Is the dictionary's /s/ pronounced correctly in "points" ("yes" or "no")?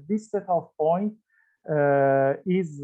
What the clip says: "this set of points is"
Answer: no